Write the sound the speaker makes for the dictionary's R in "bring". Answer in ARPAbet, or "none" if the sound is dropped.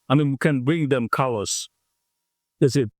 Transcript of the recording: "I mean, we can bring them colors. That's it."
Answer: R